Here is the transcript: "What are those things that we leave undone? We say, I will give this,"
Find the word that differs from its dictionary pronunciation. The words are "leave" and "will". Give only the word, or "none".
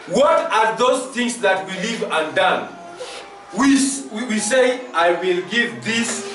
none